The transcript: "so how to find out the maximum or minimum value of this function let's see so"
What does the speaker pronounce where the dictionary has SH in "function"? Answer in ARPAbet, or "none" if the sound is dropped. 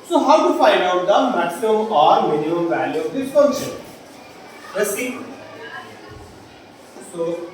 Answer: none